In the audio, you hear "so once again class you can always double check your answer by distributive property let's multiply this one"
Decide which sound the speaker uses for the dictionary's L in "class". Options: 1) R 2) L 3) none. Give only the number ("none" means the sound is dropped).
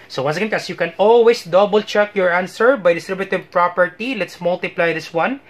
3